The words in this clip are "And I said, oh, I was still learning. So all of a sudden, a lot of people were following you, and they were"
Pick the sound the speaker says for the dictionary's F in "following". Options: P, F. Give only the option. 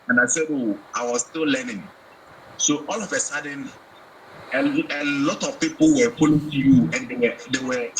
P